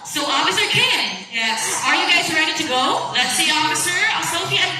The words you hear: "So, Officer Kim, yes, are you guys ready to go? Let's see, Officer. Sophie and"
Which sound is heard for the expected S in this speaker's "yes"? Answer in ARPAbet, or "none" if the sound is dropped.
none